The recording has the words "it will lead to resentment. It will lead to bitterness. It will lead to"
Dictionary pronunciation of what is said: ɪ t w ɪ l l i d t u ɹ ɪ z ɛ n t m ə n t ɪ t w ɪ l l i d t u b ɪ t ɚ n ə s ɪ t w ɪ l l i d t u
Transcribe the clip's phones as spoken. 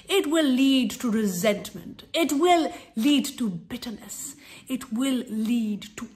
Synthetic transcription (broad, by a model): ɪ t w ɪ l l i d t u ɹ ɪ z ɛ n t m ə n t ɪ t w ɪ l l i d t u b ɪ t ɚ n ə s ɪ t w ɪ l l i d t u